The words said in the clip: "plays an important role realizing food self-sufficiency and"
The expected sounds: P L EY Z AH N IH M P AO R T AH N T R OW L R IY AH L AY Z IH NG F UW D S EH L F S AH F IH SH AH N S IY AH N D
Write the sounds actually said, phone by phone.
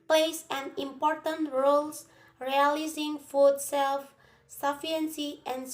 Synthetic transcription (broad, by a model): P L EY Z AH N IH M P AO R T AH N T R OW L R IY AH L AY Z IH NG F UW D S EH L F S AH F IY AH N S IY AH N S